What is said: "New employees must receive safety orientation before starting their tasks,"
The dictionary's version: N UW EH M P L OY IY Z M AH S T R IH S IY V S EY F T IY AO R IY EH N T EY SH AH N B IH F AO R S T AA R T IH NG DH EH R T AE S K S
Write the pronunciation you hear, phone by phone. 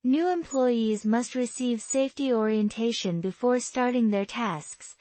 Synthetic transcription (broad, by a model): N UW EH M P L OY IY Z M AH S T R IH S IY V S EY F T IY AO R IY EH N T EY SH AH N B IH F AO R S T AA R T IH NG DH EH R T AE S K S